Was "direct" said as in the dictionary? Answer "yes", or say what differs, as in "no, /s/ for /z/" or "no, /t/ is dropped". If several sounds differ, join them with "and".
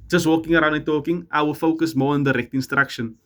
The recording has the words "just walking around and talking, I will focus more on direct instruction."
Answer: yes